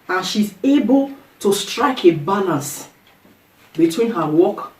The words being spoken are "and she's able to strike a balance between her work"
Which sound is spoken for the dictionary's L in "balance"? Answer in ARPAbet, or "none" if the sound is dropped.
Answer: N